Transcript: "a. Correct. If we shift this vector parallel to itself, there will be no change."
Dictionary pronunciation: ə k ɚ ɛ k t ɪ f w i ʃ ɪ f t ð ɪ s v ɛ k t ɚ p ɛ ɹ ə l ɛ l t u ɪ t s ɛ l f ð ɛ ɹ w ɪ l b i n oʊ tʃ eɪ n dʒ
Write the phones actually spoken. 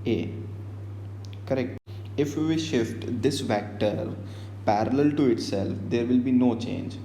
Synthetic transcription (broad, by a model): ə k ɚ ɛ k t ɪ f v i ʃ ɪ f t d ɪ s v ɛ k t ɚ p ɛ ɹ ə l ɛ l t u ɪ t s ɛ l f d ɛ ɹ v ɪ l b i n oʊ tʃ eɪ n dʒ